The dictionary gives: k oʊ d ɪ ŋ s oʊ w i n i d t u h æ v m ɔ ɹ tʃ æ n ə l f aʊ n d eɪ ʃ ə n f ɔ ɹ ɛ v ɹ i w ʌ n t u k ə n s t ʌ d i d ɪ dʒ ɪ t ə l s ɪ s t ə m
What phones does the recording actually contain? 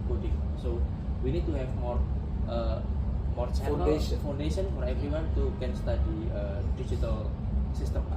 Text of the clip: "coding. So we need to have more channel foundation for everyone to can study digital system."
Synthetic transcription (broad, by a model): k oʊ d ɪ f s oʊ w i n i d t u h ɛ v m ɔ ɹ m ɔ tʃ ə n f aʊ n d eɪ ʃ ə n f ɔ ɹ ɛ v ɹ i w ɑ n t u k ə n s t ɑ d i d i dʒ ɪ t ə l s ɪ s t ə m